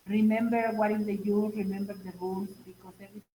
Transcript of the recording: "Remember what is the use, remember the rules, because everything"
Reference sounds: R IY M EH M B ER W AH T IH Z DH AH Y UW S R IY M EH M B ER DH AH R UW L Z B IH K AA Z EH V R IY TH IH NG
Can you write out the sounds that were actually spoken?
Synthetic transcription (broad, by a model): R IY M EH M B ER W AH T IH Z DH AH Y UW R IY M EH M B ER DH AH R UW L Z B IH K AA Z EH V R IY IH